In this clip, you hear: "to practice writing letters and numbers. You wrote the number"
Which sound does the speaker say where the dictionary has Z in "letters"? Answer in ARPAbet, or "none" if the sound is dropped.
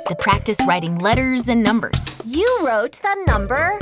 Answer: Z